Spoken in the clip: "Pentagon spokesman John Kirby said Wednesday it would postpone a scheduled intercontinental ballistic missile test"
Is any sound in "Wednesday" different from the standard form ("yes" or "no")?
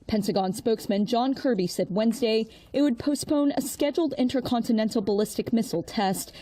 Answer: no